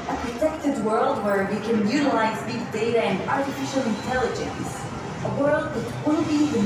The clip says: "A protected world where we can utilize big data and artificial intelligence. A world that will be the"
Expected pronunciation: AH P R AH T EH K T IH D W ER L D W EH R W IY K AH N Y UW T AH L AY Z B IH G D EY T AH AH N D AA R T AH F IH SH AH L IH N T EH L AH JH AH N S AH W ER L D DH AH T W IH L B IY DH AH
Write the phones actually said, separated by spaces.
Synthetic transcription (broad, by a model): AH P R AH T EH K T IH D W ER L D W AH R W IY K AH N Y UW T AH L AY Z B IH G D EY T AH AH N D AA R T AH F IH SH AH L IH N T EH L AH JH AH N S AH W ER L D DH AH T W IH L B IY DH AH